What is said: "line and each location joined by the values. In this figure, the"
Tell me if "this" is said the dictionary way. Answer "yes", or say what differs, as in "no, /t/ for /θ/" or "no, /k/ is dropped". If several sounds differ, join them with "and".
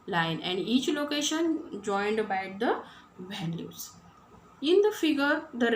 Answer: no, /s/ is dropped